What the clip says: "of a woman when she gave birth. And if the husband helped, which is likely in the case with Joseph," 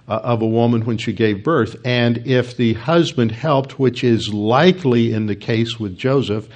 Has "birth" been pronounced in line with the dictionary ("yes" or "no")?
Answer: yes